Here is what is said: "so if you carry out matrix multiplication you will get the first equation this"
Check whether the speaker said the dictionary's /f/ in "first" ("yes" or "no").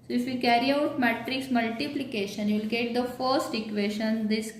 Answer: yes